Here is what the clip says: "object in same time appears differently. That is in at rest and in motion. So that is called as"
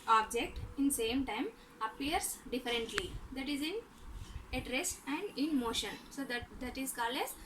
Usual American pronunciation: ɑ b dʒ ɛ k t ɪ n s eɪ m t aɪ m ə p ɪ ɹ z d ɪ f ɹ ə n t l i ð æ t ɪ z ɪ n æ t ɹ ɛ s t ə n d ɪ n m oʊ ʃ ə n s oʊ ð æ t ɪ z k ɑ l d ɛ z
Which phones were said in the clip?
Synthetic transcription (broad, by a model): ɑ b dʒ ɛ k t ɪ n s eɪ m t aɪ m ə p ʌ ɹ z d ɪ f ɹ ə n t l i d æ t ɪ z ɪ n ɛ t ɹ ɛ s ə n d ɪ n m oʊ ʃ ə n s oʊ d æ t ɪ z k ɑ l ɛ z